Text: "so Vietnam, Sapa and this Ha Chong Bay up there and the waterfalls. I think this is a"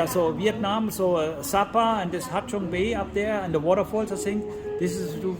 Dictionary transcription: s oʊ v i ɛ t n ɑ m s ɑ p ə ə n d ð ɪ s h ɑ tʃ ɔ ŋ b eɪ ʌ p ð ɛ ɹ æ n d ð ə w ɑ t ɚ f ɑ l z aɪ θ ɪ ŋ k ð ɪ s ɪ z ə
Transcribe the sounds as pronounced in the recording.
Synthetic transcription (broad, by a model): s oʊ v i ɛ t n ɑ m s ɑ p ə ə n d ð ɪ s h ɑ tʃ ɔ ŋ b eɪ ʌ p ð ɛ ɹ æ n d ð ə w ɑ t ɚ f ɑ l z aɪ s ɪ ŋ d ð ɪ s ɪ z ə